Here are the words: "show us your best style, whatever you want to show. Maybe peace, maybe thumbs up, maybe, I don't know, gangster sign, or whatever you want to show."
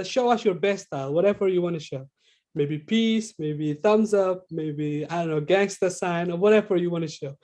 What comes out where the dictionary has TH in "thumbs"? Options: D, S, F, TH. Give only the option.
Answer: TH